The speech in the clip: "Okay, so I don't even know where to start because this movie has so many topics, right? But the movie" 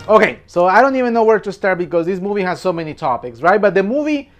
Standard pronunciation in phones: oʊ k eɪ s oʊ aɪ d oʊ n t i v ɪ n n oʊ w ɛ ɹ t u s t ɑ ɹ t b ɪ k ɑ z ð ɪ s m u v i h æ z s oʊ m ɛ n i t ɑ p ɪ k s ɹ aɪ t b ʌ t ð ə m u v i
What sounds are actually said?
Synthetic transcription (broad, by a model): oʊ k eɪ s oʊ aɪ d oʊ n t i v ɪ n n oʊ w ɛ ɹ t u s t ɑ ɹ t b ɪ k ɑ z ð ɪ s m u v i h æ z s oʊ m ɛ n i t ɑ p ɪ k s ɹ aɪ t b ʌ t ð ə m u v i